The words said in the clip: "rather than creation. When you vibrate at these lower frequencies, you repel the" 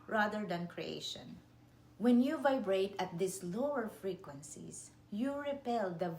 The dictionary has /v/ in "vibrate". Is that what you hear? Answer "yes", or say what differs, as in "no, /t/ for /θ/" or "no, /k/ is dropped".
yes